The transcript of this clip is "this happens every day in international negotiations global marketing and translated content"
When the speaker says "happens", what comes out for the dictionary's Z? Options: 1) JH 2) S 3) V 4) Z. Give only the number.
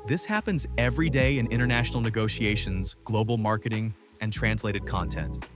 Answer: 4